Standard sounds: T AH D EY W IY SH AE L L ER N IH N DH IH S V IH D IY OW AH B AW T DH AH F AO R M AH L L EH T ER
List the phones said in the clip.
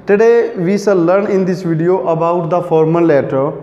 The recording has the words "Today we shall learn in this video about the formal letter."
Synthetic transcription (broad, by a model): T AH D EY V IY S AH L L ER N IH N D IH S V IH D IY OW AH B AW T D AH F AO R M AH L L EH T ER